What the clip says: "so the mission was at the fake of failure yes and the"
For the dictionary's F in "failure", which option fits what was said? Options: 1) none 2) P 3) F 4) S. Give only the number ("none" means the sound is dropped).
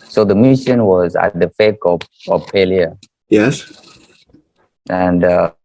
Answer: 2